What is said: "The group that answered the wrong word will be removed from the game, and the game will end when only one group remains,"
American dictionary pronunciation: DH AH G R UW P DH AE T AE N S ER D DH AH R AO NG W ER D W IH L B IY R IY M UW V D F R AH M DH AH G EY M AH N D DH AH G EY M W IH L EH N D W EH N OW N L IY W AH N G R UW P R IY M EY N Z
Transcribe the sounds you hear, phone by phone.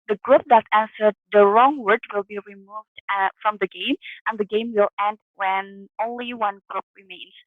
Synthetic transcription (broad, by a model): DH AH G R UW P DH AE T AE N S ER D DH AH R AO NG W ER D W IH L B IY R IY M UW V D F R AH M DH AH G EY M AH N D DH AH G EY M W IH L EH N D W EH N OW N L IY W AH N G R UW P R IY M EY N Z